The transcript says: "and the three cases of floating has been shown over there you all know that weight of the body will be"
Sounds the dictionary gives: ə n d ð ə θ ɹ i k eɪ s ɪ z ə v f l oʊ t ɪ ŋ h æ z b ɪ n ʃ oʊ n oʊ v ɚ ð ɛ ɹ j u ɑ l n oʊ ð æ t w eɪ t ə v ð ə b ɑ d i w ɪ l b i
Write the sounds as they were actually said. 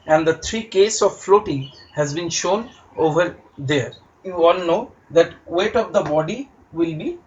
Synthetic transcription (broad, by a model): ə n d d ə t ɹ i k eɪ s ə v f l oʊ t ɪ ŋ h æ z b ɪ n ʃ oʊ n oʊ v ɚ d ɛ ɹ j u ɑ l n oʊ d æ t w eɪ t ə v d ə b ɑ d i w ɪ l b i